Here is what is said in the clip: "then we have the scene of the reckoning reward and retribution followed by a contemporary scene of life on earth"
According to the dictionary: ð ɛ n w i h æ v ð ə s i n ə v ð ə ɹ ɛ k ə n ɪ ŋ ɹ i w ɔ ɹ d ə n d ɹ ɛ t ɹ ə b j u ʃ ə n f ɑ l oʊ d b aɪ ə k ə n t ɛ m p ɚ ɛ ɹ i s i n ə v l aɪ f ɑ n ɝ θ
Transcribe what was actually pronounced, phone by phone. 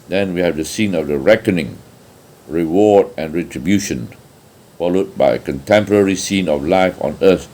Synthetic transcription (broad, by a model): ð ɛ n w i h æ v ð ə s i n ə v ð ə ɹ ɛ k ə n ɪ ŋ ɹ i w ɔ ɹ d ə n d ɹ ɛ t ɹ ə b j u ʃ ə n f ɑ l oʊ d b aɪ ə k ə n t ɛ m p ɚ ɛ ɹ i s i n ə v l aɪ f ɑ n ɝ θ